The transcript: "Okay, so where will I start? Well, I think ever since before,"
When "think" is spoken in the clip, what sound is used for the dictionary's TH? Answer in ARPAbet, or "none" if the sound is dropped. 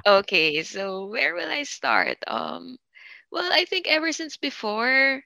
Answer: TH